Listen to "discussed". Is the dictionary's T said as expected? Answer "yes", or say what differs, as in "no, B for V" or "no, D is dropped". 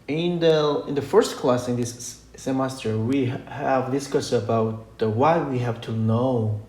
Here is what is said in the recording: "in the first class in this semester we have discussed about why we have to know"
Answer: no, T is dropped